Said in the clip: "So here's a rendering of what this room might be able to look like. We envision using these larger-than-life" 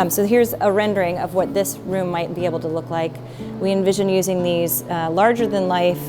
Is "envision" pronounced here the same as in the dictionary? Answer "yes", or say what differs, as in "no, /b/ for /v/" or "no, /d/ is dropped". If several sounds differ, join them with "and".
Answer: yes